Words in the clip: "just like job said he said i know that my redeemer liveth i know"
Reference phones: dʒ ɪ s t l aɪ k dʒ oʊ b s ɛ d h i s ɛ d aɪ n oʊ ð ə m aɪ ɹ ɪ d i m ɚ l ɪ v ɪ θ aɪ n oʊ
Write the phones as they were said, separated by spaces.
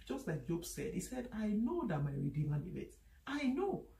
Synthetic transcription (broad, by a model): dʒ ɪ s t l aɪ k dʒ oʊ b s ɛ d h i s ɛ d aɪ n oʊ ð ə m aɪ ɹ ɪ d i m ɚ n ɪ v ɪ t aɪ n oʊ